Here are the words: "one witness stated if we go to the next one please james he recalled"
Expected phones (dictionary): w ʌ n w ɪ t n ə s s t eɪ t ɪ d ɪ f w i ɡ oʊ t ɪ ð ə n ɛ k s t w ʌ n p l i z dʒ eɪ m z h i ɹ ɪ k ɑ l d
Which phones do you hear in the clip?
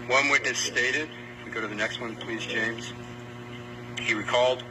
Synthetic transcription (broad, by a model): w ʌ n w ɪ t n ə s s t eɪ t ɪ d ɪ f w i ɡ oʊ t ɪ ð ə n ɛ k s t w ʌ n p l i z dʒ eɪ m z h i ɹ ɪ k ɑ l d